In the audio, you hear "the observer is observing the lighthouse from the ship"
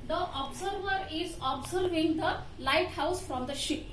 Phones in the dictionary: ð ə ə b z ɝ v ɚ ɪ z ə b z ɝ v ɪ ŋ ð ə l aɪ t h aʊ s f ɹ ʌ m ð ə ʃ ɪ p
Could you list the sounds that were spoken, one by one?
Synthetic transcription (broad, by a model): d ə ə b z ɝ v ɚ ɪ z ə b z ɝ v ɪ ŋ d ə l aɪ t h aʊ s f ɹ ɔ m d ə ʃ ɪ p